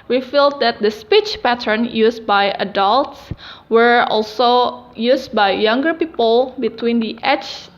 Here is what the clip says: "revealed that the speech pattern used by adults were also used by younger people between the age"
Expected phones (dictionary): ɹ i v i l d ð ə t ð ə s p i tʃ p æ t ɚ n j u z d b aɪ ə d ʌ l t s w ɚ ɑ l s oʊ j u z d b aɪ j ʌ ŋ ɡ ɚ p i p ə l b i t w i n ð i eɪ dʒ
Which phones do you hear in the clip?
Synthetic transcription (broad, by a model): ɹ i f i l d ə t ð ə s p i tʃ p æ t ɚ n j u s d b aɪ ə d ʌ l t s w ɚ ɑ l s oʊ j u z b aɪ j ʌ ŋ ɡ ɚ p i p ə l b i t w i n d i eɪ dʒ